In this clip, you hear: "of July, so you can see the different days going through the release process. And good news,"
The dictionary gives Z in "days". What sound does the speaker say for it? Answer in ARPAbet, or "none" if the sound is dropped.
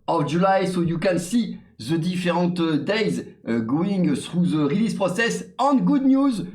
Z